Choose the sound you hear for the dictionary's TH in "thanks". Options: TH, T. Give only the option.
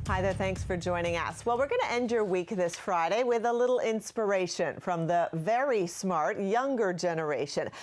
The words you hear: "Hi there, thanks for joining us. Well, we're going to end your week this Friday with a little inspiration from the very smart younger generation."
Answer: TH